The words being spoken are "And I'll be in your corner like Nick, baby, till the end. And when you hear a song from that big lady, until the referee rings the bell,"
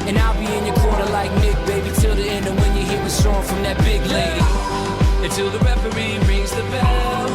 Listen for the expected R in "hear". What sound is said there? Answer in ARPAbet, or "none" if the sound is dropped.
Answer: W